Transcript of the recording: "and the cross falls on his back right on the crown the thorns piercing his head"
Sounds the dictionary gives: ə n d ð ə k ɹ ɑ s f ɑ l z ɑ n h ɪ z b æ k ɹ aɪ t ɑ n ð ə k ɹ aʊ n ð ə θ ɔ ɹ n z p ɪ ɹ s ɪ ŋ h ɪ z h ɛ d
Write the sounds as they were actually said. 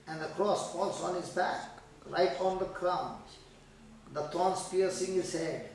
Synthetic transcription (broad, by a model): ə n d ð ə k ɹ ɑ s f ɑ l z ɑ n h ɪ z b æ k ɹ aɪ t ɑ n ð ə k ɹ aʊ n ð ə t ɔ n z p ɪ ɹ s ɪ ŋ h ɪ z h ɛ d